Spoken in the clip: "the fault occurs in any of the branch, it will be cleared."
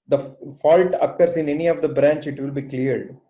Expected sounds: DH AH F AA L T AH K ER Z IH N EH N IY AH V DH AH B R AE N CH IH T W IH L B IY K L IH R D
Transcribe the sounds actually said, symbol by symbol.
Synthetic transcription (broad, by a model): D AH F AA L T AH K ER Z IH N EH N IY AH V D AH B R AE N CH IH T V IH L B IY K L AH R D